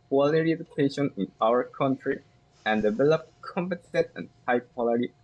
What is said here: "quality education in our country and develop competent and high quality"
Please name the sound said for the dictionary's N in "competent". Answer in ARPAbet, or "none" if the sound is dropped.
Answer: none